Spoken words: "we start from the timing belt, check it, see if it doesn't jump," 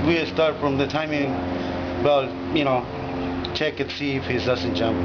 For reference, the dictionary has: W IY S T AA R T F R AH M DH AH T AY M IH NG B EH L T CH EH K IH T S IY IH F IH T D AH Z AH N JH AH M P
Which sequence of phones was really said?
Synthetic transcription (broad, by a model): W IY S T AA R T F R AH M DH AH T AY M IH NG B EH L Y CH EH K IH T S IY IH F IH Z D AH S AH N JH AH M